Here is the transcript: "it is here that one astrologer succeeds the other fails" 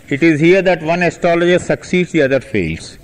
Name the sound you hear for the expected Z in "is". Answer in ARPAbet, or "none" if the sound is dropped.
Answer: Z